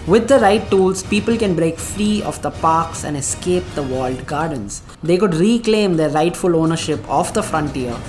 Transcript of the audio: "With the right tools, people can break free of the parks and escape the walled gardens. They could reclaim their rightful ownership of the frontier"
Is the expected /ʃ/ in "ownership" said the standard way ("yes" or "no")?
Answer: yes